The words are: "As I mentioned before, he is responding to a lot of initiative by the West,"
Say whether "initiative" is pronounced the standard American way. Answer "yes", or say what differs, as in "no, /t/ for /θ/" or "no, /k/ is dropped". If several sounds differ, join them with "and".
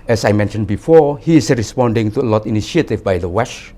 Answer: no, /ʃ/ is dropped